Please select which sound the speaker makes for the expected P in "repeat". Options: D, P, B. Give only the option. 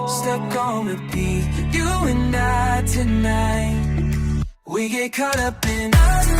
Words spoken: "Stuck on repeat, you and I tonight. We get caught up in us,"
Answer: B